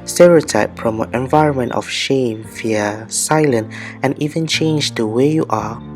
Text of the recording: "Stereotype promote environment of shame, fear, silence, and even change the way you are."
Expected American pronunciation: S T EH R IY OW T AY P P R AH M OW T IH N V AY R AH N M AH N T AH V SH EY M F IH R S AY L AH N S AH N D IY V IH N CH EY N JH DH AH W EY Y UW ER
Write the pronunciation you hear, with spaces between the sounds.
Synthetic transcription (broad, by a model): S T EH R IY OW T AY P P R AH M OW T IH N V AY R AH N M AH N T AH F SH EY M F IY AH S AY L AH N AH N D IY V IH N CH EY N JH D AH W EY Y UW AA